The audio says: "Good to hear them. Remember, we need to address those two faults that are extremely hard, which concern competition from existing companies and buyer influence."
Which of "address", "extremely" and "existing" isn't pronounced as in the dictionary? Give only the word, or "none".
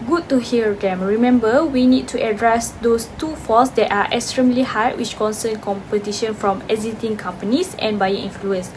existing